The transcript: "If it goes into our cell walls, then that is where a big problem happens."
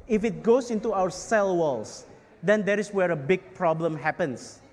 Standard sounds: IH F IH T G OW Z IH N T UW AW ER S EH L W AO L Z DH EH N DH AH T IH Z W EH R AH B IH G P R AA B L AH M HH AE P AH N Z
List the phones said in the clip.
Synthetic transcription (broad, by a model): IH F IH T G OW S IH N T UW AW ER S EH L W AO L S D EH N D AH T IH S W EH R AH B IH G P R AA B L AH M HH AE P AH N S